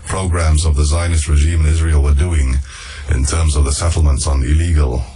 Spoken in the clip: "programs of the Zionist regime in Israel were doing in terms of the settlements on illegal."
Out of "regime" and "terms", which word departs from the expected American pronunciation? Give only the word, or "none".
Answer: none